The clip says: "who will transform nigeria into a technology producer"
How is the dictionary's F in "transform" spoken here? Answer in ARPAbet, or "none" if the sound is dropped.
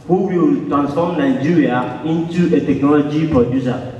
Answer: none